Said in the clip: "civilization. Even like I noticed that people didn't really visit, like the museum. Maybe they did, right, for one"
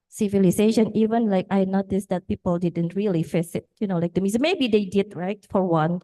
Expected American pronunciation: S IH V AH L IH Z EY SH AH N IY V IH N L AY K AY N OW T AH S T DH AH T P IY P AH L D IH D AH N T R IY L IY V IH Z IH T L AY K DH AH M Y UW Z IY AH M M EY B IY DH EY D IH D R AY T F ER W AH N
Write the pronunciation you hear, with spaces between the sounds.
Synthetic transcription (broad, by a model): S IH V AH L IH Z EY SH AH N IY V IH N L AY K AY N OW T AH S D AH T P IY P AH L D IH D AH N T R IY L IY F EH S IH T L AY K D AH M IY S M EY B IY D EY D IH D R AY T F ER W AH N